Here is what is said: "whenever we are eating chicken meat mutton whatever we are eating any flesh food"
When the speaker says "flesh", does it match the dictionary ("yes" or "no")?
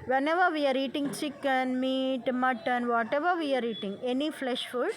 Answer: yes